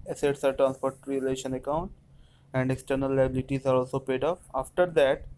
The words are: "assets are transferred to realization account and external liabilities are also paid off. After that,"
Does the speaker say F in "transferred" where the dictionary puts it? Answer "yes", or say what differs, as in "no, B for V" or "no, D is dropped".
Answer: no, P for F